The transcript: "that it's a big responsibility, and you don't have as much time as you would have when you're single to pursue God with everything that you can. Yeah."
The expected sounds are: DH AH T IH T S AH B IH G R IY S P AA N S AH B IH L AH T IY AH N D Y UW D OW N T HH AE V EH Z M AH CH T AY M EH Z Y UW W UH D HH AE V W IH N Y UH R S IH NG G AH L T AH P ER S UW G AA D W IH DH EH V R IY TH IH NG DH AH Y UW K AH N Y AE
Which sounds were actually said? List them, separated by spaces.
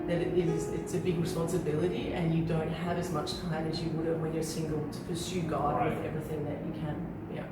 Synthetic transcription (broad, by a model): DH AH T IH T S AH B IH G R IY S P AA N S AH B IH L AH T IY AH N Y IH D OW N T HH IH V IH Z M AH CH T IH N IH Z Y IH W UH D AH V W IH N Y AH R S IH NG G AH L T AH P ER S UW G AA D W IH DH EH V R IY TH IH NG DH AH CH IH K AH N Y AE